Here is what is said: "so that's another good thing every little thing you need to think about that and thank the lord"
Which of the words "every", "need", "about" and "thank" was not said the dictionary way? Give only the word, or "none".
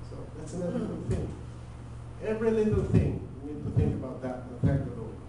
thank